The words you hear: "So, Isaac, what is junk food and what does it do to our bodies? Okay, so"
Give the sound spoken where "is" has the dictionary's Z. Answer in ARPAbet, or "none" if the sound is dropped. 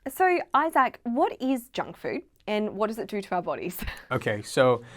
Z